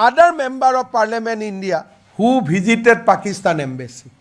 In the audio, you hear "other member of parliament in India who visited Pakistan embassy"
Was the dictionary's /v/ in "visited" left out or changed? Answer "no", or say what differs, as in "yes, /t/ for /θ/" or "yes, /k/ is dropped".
yes, /b/ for /v/